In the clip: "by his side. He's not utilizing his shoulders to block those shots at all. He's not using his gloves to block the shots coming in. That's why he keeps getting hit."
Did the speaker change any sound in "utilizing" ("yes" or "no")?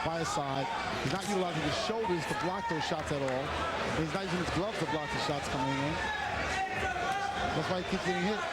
yes